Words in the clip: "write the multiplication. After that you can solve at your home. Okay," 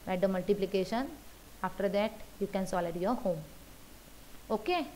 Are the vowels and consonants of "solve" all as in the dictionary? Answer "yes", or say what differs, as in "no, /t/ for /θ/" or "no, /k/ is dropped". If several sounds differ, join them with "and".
no, /v/ is dropped